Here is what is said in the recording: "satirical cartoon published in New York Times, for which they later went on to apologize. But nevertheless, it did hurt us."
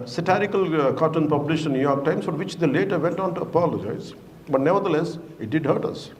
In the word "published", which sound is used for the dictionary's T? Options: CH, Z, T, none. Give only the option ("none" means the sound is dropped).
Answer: none